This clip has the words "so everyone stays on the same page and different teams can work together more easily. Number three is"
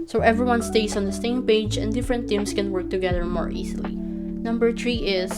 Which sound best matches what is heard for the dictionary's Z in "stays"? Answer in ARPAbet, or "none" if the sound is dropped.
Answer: S